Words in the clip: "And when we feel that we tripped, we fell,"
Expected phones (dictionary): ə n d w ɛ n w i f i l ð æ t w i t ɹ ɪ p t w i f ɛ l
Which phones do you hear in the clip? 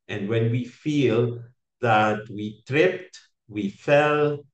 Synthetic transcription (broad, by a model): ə n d w ɛ n w i f i l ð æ t w i t ɹ ɪ p t w i f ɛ l